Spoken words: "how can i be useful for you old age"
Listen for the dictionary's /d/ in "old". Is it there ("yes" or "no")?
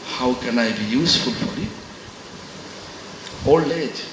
no